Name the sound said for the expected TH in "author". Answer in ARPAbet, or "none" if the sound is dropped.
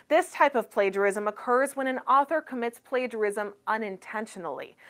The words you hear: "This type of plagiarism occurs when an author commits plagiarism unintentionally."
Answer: TH